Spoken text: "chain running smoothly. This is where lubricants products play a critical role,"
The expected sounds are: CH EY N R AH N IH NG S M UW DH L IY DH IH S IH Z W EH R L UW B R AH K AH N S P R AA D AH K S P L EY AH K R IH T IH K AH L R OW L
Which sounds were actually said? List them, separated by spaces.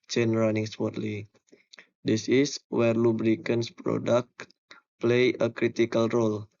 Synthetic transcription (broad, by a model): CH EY N R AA N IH NG S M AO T L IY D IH S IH S W EH R L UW B R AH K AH N S P R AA D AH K P L EY AH K R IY T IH K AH L R OW L